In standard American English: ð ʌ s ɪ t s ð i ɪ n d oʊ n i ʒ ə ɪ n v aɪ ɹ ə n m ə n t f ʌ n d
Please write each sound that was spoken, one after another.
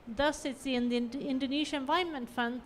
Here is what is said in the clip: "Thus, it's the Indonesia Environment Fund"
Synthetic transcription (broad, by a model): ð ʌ s ɪ t s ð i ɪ n d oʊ n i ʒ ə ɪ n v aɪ ə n m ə n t f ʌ n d